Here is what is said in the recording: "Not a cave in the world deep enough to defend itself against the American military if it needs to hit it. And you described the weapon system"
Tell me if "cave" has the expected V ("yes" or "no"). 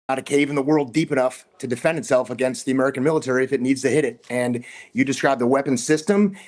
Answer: yes